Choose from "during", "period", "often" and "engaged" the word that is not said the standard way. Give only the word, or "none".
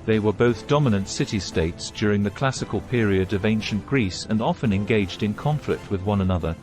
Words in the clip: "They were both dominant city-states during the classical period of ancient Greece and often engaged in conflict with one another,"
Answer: none